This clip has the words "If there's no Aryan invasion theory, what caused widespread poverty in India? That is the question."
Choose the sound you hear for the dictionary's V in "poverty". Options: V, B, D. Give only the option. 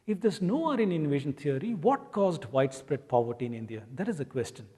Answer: V